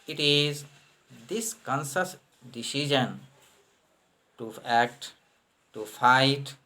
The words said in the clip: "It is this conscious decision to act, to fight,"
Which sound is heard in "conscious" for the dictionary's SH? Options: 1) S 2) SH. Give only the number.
1